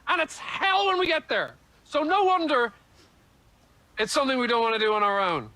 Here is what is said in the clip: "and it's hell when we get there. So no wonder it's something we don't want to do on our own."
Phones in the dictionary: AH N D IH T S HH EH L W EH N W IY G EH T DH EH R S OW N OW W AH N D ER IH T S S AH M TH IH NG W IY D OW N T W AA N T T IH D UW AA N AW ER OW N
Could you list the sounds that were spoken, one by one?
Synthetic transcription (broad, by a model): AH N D IH T S HH EH L W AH N W IY G EH T DH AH R S OW N OW W AH N D ER IH T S S AH M TH IH NG W IY D OW N T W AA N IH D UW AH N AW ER OW N